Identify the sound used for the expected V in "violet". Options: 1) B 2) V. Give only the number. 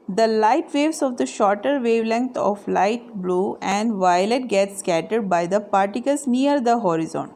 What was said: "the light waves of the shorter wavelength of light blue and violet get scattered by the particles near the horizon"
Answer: 2